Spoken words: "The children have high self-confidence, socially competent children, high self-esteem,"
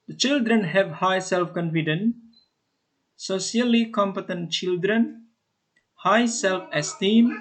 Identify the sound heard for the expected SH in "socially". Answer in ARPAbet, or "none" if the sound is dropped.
none